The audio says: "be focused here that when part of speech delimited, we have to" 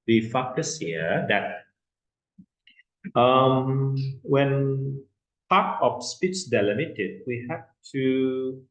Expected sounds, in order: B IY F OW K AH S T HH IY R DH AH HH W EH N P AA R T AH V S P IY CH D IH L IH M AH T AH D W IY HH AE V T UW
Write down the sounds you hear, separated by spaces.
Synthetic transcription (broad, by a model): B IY F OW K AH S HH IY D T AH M W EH N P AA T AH F S P IY CH D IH L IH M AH T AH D W IY HH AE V T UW